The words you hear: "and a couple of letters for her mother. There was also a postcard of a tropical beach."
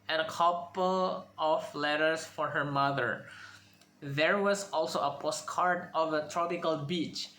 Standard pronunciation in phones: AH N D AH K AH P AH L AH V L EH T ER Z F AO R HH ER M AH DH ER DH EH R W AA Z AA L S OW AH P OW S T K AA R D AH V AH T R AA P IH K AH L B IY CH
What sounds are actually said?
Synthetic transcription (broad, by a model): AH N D AH K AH P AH L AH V L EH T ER S F AO R HH ER M AH DH ER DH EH R W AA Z AA L S OW AH P OW S T K AA R D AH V AH T R AA P IH K AH L B IY CH